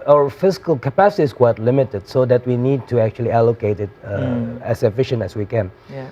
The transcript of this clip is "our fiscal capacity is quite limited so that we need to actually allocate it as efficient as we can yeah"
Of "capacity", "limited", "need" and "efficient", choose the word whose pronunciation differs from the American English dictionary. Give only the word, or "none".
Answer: none